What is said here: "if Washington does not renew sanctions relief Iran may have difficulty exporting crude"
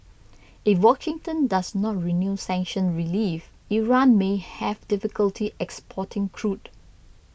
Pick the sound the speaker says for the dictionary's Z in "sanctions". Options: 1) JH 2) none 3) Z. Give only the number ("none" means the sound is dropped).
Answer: 2